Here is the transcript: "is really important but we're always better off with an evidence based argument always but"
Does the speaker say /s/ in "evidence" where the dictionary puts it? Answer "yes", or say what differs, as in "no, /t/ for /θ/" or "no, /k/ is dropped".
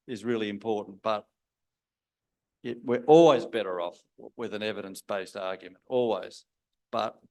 yes